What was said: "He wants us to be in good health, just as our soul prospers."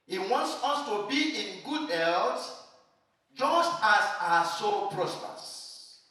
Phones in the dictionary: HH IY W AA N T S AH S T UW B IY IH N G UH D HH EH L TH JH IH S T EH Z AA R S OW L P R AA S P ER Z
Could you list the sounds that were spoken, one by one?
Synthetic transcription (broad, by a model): HH IY W AA N T S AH S T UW B IY IH N G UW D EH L T JH IH S T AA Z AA S OW P R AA S P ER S